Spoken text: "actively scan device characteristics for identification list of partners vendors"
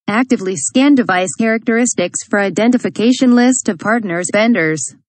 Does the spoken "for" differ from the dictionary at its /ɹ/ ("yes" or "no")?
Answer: no